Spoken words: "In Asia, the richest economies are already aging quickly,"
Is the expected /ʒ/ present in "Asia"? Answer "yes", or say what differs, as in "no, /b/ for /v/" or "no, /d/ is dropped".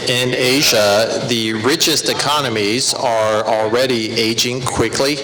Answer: yes